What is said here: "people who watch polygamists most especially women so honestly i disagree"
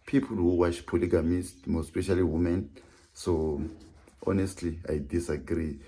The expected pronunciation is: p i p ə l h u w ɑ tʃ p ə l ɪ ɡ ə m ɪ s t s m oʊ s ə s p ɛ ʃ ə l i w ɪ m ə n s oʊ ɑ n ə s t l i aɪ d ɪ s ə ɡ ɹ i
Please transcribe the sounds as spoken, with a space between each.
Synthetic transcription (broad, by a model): p i p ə l h u w ɑ tʃ p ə l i ɡ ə m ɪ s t m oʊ ə s p ɛ ʃ ə l i w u m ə n s oʊ ɑ n ə s t l i aɪ d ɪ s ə ɡ ɹ i